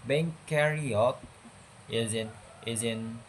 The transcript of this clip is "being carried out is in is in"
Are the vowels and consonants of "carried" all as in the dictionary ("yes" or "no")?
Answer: no